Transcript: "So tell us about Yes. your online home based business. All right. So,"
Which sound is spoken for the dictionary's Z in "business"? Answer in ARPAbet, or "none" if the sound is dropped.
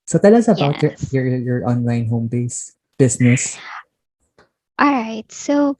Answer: S